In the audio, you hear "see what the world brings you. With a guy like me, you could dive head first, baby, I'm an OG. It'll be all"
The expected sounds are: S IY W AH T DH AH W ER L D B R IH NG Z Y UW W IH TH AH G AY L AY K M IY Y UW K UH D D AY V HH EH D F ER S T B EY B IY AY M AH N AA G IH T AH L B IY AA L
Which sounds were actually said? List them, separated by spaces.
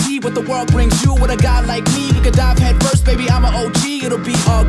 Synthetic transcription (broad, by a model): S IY W AH T DH AH W ER L D B R IH NG Z Y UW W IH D AH G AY L AY K M IY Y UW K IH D D AY V HH EH D F ER S T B EY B IY AY M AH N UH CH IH T L B IY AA